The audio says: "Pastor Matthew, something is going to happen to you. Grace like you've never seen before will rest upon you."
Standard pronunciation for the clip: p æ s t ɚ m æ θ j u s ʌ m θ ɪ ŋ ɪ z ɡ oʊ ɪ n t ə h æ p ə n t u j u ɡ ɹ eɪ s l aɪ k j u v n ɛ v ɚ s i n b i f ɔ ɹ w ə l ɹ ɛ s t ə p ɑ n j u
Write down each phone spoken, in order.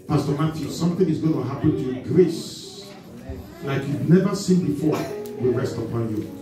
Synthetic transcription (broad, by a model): p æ s t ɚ m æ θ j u s ʌ m θ ɪ ŋ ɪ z ɡ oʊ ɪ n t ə h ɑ p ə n t u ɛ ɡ ɹ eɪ s l aɪ k j u v n ɛ v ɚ s i n b i f ɔ ɹ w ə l ɹ ɛ s t ə p ɑ n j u